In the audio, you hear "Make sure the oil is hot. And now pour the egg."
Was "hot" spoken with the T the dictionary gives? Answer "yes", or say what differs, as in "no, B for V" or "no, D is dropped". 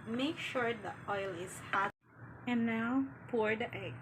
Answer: no, T is dropped